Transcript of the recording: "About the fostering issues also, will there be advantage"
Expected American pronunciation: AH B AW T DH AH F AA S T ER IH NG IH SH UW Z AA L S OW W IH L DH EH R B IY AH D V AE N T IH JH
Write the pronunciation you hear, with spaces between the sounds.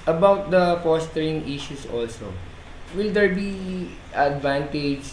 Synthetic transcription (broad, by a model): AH B AW T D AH F AA S T ER IH NG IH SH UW S AA L S OW W IH L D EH R B IY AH D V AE N T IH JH